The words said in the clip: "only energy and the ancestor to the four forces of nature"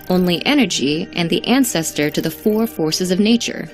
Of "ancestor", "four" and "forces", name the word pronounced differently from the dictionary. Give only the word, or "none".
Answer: none